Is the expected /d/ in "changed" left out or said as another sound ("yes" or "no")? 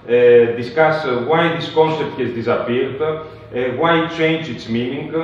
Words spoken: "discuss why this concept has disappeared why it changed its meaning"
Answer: yes